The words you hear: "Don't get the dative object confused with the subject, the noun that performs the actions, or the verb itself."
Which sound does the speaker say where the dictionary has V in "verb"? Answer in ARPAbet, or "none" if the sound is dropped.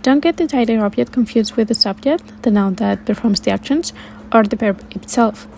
P